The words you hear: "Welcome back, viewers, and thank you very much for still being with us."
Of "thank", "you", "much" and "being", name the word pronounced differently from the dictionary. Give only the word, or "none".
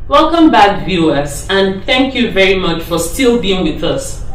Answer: none